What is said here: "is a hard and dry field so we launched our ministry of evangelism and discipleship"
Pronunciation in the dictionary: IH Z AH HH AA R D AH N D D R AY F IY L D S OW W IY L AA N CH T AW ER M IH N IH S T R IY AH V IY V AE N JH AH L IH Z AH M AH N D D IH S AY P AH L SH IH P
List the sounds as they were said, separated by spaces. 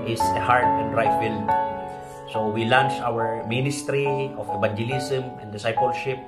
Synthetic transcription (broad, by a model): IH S AH HH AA R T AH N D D R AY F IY L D S OW W IY L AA N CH AW ER M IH N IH S T R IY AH F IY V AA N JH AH L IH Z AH M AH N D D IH S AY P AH L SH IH P